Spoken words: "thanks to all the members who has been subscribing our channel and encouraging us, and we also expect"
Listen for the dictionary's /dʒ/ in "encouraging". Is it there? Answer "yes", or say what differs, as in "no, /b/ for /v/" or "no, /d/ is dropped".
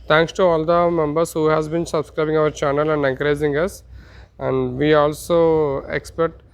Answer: no, /z/ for /dʒ/